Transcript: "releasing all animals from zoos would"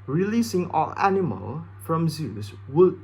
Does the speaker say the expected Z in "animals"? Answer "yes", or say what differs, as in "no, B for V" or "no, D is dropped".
no, Z is dropped